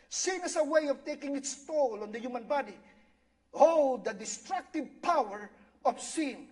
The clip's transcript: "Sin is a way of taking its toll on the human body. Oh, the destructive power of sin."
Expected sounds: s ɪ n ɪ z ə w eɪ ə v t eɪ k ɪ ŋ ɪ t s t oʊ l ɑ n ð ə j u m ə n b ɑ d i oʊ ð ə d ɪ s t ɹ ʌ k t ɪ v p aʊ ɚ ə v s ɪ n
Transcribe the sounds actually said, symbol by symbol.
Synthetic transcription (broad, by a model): s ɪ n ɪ s ə w eɪ ə v t eɪ k ɪ ŋ ɪ t s t oʊ l ɑ n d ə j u m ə n b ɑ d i oʊ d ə d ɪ s t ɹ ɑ k t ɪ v p aʊ ɚ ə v s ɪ n